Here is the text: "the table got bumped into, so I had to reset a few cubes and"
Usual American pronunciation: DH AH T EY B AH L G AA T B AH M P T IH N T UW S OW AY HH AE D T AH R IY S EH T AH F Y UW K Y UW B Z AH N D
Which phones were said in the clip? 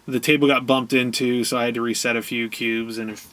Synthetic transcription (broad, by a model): DH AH T EY B L G AA T B AH M P T IH N T UW S OW AY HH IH D T AH R IY S EH T AH F Y UW K Y UW B Z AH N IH